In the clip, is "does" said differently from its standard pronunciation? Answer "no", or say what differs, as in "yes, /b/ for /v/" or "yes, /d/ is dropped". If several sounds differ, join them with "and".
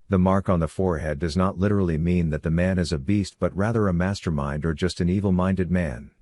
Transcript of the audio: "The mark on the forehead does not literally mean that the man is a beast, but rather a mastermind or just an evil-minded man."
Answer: no